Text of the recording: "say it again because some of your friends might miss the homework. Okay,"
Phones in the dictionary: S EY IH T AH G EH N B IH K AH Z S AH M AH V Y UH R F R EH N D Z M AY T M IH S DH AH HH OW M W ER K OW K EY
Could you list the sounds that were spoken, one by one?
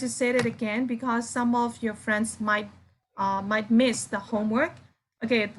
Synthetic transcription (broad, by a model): S EY IH T AH G EH N B IH K AH Z S AH M AH V Y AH R F R EH N D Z M AY T M IH S DH AH HH OW M W ER K OW K EY